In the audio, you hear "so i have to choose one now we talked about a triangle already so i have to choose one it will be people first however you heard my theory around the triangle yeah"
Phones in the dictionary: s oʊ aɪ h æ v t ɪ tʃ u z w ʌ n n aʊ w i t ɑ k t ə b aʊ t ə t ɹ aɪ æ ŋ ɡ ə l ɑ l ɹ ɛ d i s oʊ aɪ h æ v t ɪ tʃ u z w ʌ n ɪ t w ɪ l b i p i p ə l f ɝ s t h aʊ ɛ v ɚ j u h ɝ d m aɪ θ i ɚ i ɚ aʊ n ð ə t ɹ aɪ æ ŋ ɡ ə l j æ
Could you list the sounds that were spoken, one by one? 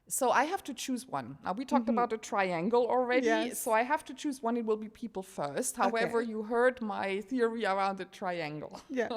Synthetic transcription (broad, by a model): s oʊ aɪ h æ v t ɪ tʃ u z w ʌ n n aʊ w i t ɑ k t ə b aʊ t ə t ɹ aɪ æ ŋ ɡ l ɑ l ɹ ɛ d i s oʊ aɪ h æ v t ɪ tʃ u z w ʌ n ɪ t w ɪ l b i p i p l f ɝ s t h aʊ ɛ v ɚ j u h ɝ d m aɪ θ i ɚ i ɚ aʊ n ð ə t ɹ aɪ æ ŋ ɡ l j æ